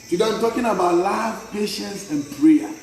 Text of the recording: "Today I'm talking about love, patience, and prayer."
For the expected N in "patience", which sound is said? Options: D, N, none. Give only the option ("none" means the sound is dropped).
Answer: N